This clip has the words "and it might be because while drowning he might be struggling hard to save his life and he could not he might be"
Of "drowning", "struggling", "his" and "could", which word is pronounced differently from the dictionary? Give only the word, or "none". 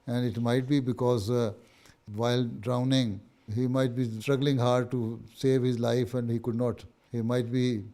none